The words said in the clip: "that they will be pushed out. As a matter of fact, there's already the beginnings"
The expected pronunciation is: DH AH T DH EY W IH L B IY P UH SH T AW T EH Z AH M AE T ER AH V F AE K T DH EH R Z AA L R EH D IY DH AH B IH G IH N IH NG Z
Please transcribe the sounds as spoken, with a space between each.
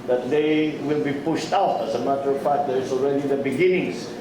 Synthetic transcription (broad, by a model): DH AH T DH EY W IH L B IY P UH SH T AW T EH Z AH M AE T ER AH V P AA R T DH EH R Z AA L R EH D IY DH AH B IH G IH N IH NG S